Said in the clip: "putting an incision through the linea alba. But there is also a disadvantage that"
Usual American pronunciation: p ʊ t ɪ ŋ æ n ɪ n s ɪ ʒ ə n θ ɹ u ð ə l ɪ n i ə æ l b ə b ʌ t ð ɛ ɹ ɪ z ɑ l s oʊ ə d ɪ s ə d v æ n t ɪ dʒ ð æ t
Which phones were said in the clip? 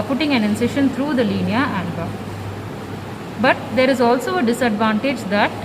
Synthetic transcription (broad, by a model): p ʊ t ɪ ŋ æ n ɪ n s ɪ ʃ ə n t ɹ u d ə l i n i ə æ n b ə b ʌ t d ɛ ɹ ɪ z ɑ l s oʊ ə d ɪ s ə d v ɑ n t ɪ dʒ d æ t